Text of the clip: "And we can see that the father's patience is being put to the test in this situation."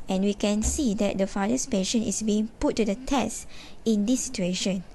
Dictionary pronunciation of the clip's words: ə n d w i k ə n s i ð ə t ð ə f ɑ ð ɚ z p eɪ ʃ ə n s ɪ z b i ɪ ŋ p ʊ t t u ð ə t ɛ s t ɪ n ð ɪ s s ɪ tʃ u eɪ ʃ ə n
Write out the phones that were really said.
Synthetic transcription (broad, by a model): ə n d w i k ə n s i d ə t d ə f ɑ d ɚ s p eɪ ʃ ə n ɪ s b i ɪ ŋ p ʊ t t u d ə t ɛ s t ɪ n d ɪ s s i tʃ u eɪ ʃ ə n